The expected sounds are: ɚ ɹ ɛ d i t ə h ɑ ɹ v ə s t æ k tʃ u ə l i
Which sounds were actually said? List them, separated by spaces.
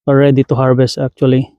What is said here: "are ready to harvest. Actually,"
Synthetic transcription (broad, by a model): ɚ ɹ ɛ d i t ə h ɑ ɹ b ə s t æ k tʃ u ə l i